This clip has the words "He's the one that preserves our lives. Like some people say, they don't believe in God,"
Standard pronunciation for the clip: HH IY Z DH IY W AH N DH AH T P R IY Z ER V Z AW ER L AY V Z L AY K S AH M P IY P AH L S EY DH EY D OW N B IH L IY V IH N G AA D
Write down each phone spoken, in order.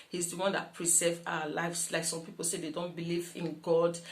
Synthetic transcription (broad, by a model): HH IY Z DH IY W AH N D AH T P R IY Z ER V AW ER L AY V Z L AY K S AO M P IY P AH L S EY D EY D OW N B IH L IY V IH N G AA D